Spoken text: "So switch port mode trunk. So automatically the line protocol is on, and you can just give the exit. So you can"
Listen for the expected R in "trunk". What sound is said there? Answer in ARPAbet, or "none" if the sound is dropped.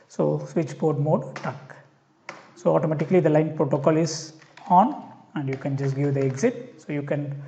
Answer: none